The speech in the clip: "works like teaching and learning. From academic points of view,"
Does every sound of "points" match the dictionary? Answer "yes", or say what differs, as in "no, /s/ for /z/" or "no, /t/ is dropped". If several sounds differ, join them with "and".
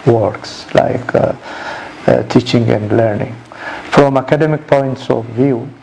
yes